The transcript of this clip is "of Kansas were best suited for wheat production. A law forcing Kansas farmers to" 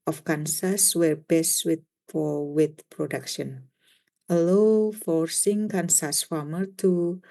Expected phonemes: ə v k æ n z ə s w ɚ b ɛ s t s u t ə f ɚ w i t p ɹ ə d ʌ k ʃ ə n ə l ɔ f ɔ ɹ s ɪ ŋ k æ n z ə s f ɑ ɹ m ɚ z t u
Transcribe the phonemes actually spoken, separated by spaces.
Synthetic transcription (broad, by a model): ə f k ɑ n s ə s w ɚ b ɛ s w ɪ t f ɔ w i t p ɹ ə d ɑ k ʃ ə n ə l ɔ f ɔ ɹ s ɪ ŋ k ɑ n s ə s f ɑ m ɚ t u